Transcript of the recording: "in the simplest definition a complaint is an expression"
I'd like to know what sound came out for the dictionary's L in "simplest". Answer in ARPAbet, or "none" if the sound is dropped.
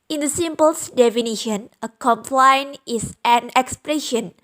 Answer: none